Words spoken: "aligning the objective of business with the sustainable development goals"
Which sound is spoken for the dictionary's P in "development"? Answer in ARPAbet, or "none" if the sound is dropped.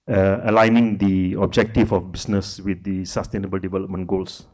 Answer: P